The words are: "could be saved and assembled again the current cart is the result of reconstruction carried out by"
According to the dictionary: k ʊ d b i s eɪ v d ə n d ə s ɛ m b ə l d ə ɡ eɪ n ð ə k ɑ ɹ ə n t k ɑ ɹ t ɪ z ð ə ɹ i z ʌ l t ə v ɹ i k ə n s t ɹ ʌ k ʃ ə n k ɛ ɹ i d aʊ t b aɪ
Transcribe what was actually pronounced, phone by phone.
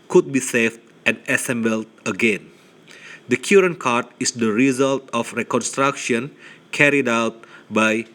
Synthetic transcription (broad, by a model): k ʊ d b i s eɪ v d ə n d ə s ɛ m b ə l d ə ɡ eɪ n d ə k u ɹ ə n k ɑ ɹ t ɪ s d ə ɹ i z ʌ l t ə f ɹ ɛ k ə n s t ɹ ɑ k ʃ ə n k ɛ ɹ i d aʊ t b aɪ